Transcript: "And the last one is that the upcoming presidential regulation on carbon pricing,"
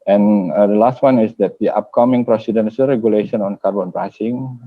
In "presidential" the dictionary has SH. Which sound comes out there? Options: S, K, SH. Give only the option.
S